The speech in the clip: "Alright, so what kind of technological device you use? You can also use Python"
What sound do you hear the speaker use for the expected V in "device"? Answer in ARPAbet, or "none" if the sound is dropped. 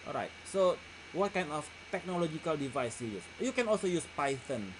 V